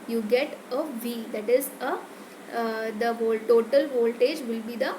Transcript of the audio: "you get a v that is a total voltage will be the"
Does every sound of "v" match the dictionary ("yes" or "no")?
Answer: yes